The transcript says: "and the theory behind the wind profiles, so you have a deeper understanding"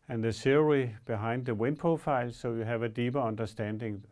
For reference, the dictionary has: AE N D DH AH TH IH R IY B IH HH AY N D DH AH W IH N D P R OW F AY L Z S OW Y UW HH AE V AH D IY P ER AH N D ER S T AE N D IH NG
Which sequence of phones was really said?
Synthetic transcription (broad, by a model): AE N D DH AH S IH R IY B IH HH AY N D DH AH W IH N P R OW F AY L S OW Y UW HH AE V AH D IY P ER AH N D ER S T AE N D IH NG